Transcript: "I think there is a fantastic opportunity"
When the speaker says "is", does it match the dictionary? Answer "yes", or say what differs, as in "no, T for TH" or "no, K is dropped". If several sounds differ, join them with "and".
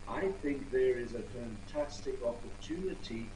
yes